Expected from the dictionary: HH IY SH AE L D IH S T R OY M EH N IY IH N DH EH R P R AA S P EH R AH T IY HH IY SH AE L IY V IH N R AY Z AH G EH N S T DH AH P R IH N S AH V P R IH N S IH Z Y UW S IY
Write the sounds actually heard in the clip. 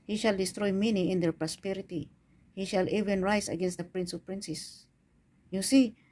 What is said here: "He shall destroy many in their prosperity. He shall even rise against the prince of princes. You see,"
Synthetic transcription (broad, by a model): HH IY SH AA L D IH S T R OY M EH N IY IH N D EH R P R AA S P EH R AH T IY HH IY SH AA L IY V IH N R AY S AH G EH N S T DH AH P R IH N S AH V P R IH N S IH S Y UW S IY